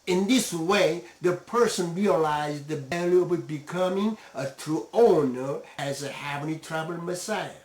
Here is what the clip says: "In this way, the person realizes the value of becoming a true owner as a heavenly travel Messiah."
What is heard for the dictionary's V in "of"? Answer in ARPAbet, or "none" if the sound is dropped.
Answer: B